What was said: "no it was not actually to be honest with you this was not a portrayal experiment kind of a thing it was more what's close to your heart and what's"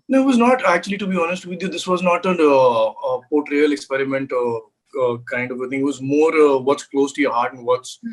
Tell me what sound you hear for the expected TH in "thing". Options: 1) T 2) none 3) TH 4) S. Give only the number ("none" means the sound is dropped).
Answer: 1